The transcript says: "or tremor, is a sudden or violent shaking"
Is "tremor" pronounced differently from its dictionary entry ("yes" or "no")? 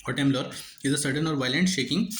yes